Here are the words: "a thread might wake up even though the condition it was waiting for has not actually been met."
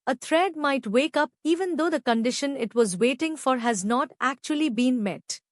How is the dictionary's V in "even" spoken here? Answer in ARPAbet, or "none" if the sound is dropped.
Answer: V